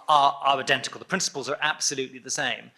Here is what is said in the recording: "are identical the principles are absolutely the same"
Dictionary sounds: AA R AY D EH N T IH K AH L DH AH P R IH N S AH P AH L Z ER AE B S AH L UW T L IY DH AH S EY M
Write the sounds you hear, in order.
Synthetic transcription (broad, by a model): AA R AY D EH N T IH K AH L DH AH P R IH N S AH P AH L Z ER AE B S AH L UW T L IY DH AH S EY M